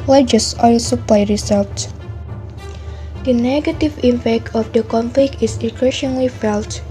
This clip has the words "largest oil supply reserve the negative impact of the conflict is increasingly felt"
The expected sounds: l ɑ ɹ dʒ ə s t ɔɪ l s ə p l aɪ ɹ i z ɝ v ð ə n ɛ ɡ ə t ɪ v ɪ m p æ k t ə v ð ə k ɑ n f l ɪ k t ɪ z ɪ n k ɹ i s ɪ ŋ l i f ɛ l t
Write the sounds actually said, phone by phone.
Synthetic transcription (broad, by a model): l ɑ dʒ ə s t ɔɪ l s ə p l aɪ ɹ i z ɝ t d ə n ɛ ɡ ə t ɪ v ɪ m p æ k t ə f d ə k ɑ n f l ɪ k t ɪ s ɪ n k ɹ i ʃ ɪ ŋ l i f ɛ l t